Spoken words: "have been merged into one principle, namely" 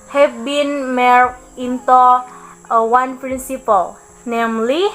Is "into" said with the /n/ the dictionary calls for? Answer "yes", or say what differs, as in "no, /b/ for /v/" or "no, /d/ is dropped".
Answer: yes